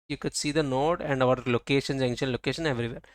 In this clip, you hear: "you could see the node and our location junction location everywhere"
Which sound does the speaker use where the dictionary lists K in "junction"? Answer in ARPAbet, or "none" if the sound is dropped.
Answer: none